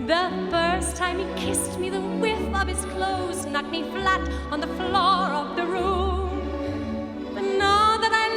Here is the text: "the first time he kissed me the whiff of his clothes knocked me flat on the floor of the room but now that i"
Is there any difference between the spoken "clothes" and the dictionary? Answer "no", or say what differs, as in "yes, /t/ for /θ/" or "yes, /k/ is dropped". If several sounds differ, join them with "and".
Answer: no